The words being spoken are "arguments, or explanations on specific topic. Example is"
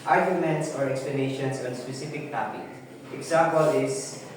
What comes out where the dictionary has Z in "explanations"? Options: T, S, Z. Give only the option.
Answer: S